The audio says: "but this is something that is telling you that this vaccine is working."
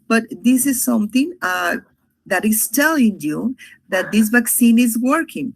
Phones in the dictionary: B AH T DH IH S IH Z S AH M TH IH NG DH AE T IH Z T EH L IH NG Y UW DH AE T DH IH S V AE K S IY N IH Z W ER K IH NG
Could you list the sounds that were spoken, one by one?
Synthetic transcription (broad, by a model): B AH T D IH S IH Z S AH M T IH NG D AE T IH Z T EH L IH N Y UW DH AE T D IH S V AE K S IY N IH Z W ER K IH NG